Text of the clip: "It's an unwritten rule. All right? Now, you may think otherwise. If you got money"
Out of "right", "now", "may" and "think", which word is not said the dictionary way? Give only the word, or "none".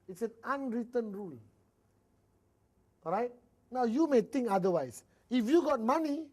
think